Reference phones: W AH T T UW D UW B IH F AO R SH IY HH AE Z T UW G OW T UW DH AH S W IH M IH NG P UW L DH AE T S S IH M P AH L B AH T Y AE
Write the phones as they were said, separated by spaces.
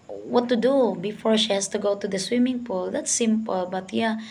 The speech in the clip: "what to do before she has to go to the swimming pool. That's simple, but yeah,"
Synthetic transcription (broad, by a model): W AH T T UW D UW B IH F AO R SH IY HH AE S T UW G OW T UW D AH S W IH M IH NG P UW L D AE T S S IH M P AH L B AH T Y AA